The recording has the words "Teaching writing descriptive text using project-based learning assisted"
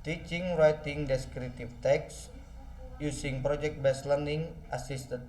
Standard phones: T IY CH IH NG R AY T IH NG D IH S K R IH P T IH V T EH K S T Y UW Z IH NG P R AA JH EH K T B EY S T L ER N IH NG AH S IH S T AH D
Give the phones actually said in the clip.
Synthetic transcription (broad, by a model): T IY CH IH NG R AY T IH NG D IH S K R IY T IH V T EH K S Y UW S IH NG P R AA JH EH K T B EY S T L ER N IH NG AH S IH S T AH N